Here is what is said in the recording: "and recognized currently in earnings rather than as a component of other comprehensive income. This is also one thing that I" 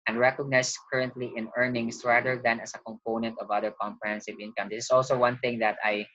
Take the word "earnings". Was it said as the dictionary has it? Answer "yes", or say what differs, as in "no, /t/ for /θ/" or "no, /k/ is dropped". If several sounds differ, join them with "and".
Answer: no, /s/ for /z/